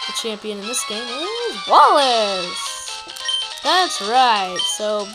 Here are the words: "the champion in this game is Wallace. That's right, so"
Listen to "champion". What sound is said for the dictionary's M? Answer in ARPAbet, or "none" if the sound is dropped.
M